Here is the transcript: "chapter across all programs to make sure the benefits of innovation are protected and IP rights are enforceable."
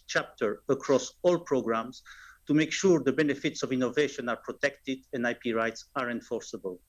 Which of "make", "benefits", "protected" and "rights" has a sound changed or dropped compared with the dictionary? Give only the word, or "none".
none